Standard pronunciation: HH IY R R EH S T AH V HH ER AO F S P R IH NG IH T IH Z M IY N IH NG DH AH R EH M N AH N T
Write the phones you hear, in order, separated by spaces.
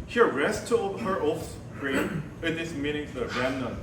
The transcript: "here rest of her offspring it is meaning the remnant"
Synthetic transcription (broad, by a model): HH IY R R EH S T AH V HH ER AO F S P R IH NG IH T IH S M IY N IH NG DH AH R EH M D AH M